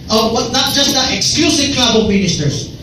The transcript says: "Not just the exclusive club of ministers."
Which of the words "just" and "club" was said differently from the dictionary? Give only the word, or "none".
club